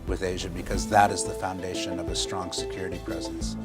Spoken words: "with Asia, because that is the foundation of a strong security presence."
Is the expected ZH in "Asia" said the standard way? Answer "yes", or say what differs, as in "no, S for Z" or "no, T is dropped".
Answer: yes